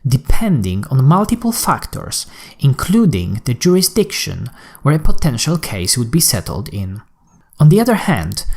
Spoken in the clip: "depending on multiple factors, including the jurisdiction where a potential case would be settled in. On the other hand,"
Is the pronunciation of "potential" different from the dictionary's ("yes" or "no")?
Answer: no